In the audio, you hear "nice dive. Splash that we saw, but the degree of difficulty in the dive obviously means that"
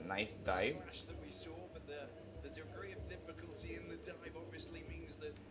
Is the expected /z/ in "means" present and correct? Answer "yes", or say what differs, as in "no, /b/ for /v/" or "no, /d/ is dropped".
yes